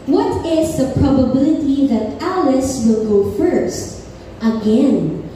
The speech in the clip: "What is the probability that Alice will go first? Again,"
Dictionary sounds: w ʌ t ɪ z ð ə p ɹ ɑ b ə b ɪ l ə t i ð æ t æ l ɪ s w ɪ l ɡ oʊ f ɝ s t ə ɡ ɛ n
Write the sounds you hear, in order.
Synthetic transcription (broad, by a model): w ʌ t ɪ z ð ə p ɹ ɑ b ə b ɪ l ə t i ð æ t æ l ɪ s w ɪ l ɡ oʊ f ɝ s t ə ɡ ɛ n